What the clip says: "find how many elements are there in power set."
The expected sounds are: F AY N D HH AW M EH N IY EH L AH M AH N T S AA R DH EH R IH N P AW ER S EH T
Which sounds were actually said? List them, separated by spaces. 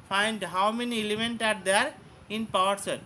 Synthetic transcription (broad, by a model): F AY N D HH AW M EH N IY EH L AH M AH N T AA R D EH R IH N P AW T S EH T